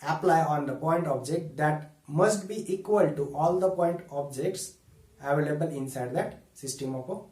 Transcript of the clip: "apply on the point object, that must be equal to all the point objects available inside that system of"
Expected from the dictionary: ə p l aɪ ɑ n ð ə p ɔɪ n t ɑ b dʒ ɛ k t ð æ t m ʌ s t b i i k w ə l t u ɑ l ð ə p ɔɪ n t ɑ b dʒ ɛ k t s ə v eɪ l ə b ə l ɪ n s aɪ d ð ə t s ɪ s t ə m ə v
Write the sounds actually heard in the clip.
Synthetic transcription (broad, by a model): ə p l aɪ ɑ n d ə p ɔɪ n t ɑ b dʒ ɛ k t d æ t m ʌ s t b i i k w ə l t u ɑ l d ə p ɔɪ n t ɑ b dʒ ɛ k t s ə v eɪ l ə b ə l ɪ n s aɪ d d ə t s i s t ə m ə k